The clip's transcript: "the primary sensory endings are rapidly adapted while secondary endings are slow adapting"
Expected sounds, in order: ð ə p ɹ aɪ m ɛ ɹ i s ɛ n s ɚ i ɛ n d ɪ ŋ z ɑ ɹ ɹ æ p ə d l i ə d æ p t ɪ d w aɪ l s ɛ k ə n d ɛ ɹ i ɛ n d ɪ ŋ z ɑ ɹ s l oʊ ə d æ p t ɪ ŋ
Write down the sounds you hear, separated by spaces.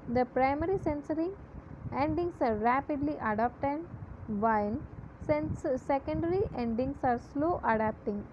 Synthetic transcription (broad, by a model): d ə p ɹ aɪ m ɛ ɹ i s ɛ n s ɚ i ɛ n d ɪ ŋ s ɑ ɹ ɹ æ p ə d l i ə d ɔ p t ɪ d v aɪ n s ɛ k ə n d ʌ ɹ i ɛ n d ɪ ŋ s ɑ ɹ s l oʊ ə d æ p t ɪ ŋ